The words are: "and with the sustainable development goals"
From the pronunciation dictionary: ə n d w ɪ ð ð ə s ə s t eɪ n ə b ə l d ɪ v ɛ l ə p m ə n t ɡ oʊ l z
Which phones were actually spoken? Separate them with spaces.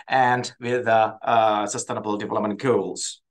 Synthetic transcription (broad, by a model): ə n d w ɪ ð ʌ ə s ə s t eɪ n ə b ə l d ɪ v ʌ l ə m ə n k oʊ l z